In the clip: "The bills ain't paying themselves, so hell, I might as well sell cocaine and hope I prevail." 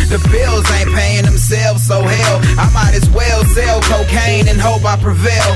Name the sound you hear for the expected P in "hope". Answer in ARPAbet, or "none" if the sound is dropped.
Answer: P